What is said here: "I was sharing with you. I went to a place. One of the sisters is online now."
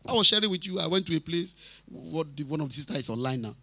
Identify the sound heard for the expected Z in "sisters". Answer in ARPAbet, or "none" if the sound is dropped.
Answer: none